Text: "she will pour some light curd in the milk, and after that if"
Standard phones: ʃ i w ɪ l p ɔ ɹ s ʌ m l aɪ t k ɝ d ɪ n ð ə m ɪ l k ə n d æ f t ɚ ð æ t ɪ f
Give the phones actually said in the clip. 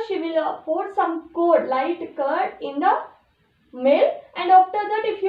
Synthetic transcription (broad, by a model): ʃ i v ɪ l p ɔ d s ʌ m l aɪ t k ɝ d ɪ n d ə m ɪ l ə n d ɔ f t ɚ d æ t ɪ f